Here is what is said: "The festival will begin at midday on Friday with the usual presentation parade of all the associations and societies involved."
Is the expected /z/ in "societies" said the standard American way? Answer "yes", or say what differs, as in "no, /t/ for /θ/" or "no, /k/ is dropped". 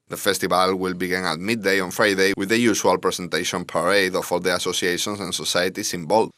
no, /s/ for /z/